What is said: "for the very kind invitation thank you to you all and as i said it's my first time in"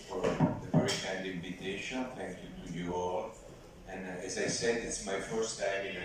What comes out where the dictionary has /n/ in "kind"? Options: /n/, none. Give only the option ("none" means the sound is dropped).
none